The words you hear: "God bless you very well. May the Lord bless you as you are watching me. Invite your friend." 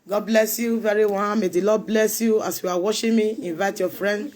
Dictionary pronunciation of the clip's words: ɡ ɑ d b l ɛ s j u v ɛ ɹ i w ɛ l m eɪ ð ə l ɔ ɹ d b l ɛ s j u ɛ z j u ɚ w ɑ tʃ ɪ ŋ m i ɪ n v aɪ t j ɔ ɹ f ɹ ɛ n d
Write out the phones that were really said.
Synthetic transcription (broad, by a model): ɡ ɑ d b l ɛ s j u v ɛ ɹ i w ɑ n m eɪ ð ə l ɔ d b l ɛ s j u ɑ s j u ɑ w ɑ ʃ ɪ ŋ m i ɪ n v aɪ t j ɔ f ɹ ɛ n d